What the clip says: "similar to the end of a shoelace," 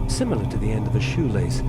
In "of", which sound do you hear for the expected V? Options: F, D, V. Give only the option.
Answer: V